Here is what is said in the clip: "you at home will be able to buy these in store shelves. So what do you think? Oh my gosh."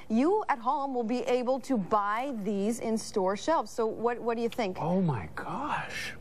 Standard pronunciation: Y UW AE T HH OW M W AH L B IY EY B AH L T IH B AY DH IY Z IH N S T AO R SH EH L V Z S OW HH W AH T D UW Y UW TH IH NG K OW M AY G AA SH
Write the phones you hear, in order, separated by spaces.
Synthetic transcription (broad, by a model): Y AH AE T HH OW M W AH L B IY EY B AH L T IH B AY DH IY Z IH N S T AO R SH EH L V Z S OW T W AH T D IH Y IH TH IH NG K OW M AY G AA SH